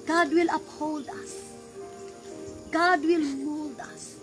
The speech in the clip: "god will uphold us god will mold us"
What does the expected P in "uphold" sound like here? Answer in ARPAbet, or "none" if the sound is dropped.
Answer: P